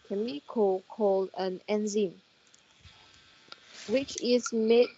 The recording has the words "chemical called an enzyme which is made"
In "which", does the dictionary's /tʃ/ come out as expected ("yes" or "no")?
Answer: yes